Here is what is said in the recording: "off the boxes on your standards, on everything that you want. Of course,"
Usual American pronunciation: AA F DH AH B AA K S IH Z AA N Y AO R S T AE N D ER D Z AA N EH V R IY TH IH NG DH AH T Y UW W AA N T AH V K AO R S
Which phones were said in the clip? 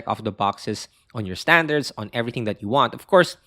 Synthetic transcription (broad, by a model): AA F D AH B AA K S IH S AA N Y AO R S T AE N D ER D S AA N EH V R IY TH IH NG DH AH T Y UW W AA N T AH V K AO R S